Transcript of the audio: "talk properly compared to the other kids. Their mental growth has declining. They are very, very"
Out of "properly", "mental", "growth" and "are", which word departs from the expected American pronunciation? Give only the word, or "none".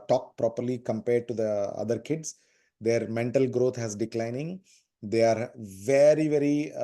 growth